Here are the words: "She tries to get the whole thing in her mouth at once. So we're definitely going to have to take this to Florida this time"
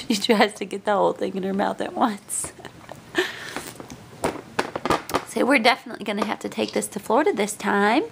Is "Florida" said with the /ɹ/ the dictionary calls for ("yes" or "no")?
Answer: yes